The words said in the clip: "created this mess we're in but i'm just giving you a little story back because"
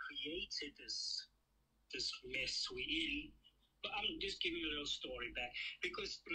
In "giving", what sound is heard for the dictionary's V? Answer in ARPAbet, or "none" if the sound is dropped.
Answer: V